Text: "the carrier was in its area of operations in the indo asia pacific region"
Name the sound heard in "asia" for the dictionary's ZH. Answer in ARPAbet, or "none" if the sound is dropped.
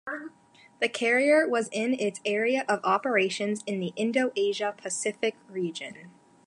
ZH